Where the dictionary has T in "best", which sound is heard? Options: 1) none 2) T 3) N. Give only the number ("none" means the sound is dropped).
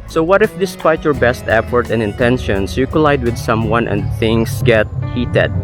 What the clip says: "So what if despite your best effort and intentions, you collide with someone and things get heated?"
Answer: 2